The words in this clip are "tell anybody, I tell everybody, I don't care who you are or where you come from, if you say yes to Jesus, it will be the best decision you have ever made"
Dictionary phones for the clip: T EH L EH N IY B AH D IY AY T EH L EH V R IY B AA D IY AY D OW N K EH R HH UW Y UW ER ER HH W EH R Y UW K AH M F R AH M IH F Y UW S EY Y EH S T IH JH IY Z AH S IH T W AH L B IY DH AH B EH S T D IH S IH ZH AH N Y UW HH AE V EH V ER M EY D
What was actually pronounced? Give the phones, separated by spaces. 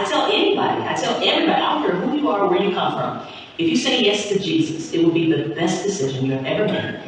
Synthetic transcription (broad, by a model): T EH L EH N IY B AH D IY AY T EH L EH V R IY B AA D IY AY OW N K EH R HH UW Y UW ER ER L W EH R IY K AH M F R AH M IH F Y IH S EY Y EH S T IH JH IY Z AH S IH T W AH L B IY DH AH B EH S D IH S IH ZH AH N Y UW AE V EH V ER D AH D